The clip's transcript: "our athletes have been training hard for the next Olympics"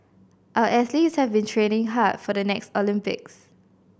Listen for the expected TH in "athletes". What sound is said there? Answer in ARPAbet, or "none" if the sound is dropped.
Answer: S